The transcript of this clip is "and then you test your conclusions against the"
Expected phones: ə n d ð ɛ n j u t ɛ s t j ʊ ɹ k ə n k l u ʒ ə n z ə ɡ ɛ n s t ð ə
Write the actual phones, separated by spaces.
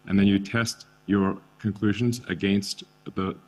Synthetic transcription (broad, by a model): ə n ð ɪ n j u t ɛ s t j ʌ ɹ k ə n k l u ʒ ə n z ə ɡ ɛ n s t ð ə